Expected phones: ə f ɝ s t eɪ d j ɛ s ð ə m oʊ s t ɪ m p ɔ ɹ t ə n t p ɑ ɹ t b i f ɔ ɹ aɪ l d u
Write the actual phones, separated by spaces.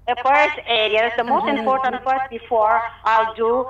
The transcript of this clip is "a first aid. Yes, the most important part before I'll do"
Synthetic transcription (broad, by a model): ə f ɝ s t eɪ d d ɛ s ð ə m oʊ s t ɪ m p ɔ ɹ t ə n t f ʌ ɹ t b i f ɔ ɹ aɪ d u